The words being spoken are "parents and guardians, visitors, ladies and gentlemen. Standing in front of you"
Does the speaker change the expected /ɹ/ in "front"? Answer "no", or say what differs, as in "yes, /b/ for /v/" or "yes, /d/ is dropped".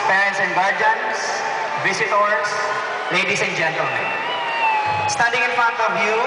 yes, /ɹ/ is dropped